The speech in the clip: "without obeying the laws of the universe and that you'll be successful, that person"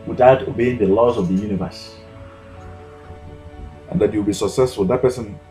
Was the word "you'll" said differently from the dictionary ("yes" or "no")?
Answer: yes